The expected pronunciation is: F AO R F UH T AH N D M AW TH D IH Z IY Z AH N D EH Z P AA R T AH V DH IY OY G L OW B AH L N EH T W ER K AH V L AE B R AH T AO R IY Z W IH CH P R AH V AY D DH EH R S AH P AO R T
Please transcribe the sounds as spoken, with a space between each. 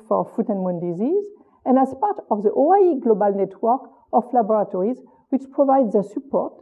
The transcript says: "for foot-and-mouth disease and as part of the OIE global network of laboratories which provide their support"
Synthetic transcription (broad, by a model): F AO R F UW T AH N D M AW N D IH Z IY Z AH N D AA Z P AA R T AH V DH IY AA G L OW B AH L N EH T W ER K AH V L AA B R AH T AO R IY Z W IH CH P R AH V AY D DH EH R S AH P AO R T